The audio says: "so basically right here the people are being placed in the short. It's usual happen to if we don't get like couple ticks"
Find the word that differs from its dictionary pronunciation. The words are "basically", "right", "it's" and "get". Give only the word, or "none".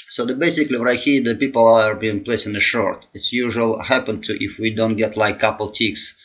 right